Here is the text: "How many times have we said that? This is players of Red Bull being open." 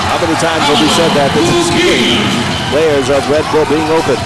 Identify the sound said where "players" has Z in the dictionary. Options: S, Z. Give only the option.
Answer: Z